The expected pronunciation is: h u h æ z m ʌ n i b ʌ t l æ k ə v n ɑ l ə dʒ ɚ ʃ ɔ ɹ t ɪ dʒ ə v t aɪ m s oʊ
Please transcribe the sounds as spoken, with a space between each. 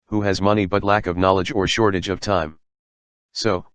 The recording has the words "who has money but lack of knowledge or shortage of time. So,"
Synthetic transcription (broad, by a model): h u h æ z m ʌ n i b ʌ t l æ k ə v n ɑ l ə dʒ ɚ ʃ ɔ ɹ t ɪ dʒ ə v t aɪ m s oʊ